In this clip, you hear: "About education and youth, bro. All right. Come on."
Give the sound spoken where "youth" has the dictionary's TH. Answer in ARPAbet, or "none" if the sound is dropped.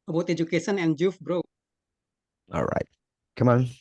F